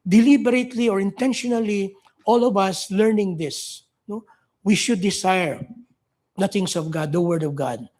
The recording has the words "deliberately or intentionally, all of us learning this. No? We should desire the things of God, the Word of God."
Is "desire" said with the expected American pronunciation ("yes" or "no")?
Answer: no